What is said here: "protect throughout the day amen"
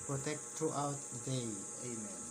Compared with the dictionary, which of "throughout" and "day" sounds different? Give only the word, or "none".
throughout